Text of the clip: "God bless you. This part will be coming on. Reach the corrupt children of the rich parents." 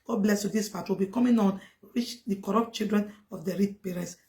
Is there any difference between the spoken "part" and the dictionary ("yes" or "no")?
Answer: yes